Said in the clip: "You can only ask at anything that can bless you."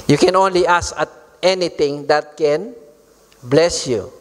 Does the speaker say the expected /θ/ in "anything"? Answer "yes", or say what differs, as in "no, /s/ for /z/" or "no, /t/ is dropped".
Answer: no, /t/ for /θ/